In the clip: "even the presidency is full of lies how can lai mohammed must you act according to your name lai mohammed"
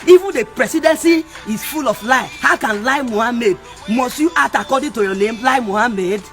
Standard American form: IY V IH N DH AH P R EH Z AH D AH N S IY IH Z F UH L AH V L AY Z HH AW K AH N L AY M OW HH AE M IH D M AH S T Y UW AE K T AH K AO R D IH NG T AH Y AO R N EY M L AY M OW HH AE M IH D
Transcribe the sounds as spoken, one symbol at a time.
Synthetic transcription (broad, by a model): IY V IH N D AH P R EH S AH D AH N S IY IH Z F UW L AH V L AY HH AW K AH N L AY M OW HH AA M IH D M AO S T Y UW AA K T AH K AO D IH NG T AH Y AO N EY M L AY M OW HH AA M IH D